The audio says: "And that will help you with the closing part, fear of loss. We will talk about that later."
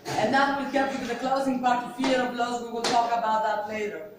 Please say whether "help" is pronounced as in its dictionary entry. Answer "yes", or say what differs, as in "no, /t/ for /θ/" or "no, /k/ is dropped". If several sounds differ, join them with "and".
no, /l/ is dropped